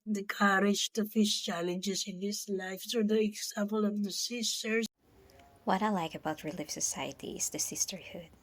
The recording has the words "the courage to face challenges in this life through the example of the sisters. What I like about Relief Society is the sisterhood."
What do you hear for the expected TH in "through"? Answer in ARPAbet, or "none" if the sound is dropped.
S